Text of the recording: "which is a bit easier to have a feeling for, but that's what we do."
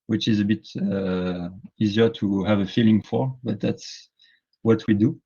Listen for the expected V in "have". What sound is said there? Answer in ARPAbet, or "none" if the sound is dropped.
V